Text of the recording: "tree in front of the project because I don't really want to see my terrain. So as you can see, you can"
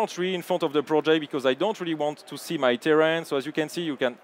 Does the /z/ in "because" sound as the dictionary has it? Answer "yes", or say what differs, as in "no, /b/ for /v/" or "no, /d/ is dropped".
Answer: yes